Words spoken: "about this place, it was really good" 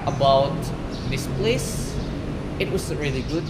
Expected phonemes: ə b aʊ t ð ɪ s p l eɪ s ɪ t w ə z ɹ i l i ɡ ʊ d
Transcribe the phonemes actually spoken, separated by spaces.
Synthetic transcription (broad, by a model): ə b aʊ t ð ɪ s p l eɪ s ɪ t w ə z ɹ i l i ɡ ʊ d